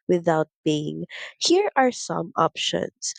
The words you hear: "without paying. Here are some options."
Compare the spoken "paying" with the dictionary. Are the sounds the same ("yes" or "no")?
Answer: no